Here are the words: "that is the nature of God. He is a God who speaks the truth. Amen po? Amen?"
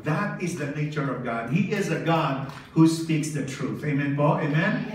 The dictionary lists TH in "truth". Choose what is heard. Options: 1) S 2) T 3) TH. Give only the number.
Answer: 3